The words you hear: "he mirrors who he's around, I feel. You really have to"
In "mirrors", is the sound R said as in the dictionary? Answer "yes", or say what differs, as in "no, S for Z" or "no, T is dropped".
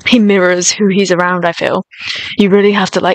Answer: yes